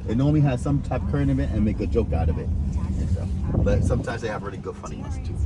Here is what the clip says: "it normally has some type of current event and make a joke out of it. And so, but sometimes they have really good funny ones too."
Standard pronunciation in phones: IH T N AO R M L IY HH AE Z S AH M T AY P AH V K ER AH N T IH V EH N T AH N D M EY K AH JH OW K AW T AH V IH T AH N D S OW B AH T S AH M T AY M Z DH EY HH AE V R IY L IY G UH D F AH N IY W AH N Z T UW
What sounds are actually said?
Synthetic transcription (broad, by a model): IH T N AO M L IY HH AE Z S AH M T AY P K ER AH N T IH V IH T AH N M EY K AH JH OW K AW T AH V IH T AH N S OW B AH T S AH M T AY M Z DH EY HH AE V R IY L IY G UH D F AH N IY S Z T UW